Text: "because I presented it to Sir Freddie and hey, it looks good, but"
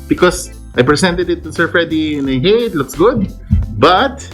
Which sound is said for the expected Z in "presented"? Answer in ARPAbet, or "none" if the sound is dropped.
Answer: S